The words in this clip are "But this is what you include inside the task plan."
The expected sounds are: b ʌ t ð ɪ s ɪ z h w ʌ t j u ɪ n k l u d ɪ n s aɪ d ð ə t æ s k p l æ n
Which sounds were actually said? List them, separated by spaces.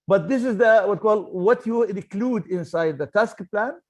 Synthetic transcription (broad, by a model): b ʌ t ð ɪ s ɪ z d w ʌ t j u ɪ n k l u d ɪ n s aɪ d ð ə t æ s k p l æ n